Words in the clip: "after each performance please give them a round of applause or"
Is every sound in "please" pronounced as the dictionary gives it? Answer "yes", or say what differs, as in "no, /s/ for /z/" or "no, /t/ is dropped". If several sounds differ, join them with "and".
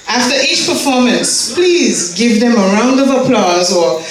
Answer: yes